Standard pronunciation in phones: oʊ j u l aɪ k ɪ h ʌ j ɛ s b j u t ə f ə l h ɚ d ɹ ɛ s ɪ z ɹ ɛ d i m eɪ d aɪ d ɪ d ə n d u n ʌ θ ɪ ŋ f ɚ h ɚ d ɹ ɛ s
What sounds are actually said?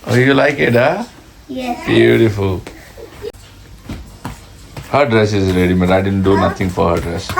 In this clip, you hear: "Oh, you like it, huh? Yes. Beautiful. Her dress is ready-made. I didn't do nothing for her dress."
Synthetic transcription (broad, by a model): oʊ j u l aɪ k ɪ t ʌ b j u t ə f ə l h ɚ d ɹ ɛ s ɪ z l ɛ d i m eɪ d aɪ d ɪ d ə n d u n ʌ t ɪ ŋ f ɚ h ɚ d ɹ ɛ s